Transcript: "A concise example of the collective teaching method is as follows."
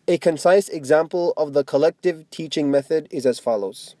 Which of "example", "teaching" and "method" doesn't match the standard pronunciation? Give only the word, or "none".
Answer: none